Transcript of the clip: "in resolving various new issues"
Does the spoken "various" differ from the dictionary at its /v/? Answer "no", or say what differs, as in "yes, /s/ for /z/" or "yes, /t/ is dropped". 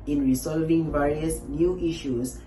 no